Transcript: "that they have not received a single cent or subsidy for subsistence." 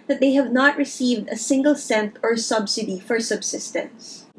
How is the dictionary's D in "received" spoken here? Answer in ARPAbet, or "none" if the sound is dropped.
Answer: D